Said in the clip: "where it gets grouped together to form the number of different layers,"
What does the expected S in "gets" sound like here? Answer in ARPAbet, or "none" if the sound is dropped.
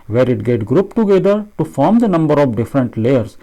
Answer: none